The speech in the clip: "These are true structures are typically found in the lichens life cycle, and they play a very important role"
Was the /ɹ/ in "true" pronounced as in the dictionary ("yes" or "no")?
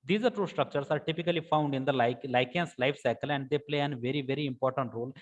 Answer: no